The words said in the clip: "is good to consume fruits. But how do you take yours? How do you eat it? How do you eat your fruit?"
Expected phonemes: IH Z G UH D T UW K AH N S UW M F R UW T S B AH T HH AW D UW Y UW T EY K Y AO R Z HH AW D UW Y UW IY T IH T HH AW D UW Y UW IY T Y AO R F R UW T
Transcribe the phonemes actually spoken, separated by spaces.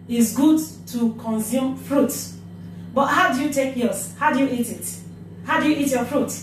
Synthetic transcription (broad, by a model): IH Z G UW D T UW K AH N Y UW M F R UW T B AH T HH AW D UW Y UW T EY K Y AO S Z HH AW D UW Y UW IY T IH T HH AW D UW Y UW IY T Y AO F R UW T